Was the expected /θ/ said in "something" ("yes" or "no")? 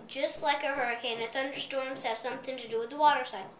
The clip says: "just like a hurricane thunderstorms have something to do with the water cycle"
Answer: yes